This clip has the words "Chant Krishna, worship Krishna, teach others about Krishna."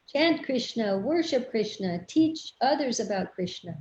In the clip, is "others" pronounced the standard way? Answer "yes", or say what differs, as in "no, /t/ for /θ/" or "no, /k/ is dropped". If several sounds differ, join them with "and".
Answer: yes